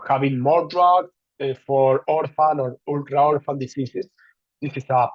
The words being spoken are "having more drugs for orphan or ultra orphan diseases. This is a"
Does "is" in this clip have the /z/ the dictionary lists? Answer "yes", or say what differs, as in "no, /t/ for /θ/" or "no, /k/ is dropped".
no, /s/ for /z/